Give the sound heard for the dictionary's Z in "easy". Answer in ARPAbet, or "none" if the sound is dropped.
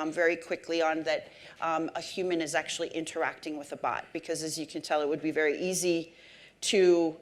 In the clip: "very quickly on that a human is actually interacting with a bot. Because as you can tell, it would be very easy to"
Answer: Z